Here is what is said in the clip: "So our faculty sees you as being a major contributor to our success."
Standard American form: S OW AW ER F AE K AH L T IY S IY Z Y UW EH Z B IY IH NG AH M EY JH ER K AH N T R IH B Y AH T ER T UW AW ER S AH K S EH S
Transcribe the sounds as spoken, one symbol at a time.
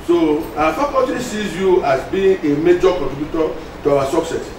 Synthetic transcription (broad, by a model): S OW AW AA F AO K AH T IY S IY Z Y UW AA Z B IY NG AH M EY JH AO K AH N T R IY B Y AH T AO T UW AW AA S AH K S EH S